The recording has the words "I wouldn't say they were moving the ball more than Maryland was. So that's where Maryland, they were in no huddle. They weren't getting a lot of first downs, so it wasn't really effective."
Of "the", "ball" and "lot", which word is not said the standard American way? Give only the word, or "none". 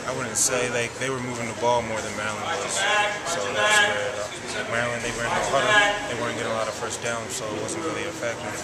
none